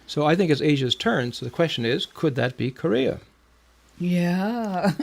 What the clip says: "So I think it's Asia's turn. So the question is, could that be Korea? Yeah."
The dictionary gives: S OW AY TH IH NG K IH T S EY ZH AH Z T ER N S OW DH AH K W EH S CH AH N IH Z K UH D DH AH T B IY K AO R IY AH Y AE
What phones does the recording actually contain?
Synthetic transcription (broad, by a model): S OW AY TH IH NG K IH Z EY ZH AH Z T ER N S OW DH AH K W EH S CH AH N IH Z K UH D DH AH T B IY K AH R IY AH Y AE